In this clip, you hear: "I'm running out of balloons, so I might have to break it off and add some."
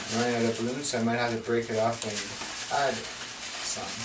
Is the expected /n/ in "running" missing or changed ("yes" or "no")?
yes